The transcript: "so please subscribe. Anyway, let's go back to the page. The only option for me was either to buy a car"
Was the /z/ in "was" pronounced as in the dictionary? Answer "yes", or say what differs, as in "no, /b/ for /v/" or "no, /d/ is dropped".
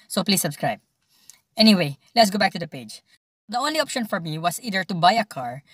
no, /s/ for /z/